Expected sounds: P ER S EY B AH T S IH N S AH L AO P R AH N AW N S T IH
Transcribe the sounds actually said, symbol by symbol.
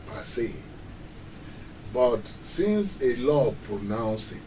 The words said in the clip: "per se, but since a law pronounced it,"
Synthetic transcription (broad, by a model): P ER S EY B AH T S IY N S AH L AO P R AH N AW N S IH